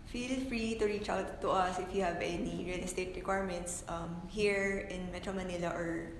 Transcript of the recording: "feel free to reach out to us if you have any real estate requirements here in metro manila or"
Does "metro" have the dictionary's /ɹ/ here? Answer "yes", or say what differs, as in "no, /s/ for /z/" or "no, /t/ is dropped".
yes